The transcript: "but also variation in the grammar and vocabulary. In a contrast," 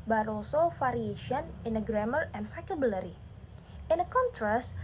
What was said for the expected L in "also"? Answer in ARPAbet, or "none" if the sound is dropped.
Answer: none